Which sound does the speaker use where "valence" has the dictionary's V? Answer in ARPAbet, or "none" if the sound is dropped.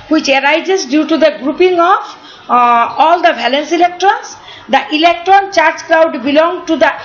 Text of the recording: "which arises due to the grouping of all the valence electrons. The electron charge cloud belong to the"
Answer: B